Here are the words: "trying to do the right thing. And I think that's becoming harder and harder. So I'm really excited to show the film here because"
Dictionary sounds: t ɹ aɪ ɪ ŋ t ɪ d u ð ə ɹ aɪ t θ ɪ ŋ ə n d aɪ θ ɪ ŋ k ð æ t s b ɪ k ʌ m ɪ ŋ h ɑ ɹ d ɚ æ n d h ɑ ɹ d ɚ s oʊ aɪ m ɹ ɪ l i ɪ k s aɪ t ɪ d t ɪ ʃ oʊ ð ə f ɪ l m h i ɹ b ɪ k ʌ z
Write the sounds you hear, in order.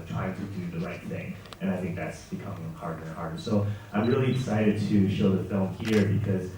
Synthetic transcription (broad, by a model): t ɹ aɪ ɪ ŋ t ɪ d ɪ ð ə ɹ aɪ t θ ɪ ŋ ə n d aɪ θ ɪ ŋ k ð æ t s b ɪ k ʌ m ɪ ŋ h ɑ ɹ d ɚ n h ɑ ɹ d ɚ s oʊ aɪ m ɹ ɪ l i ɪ s aɪ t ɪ d t ɪ ʃ oʊ ð ə f ɪ l m h i ɹ b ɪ k ʌ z